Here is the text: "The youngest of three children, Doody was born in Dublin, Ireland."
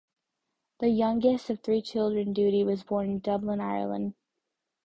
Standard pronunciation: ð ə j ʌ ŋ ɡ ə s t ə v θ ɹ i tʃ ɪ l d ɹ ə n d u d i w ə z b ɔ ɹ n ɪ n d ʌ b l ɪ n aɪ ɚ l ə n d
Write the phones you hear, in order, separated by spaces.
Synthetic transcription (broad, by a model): ð ə j ʌ ŋ ɡ ə s t ə v θ ɹ i tʃ ɪ l d ɹ ə n d u d i w ə z b ɔ ɹ n ɪ n d ʌ b l ɪ n aɪ ɚ l ə n d